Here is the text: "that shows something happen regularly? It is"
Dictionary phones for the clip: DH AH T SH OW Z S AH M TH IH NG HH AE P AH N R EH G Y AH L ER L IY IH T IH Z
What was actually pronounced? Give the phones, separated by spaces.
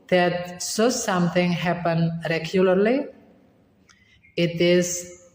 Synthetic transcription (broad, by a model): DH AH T S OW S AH M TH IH NG HH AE P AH N R EH G Y AH L ER L IY IH T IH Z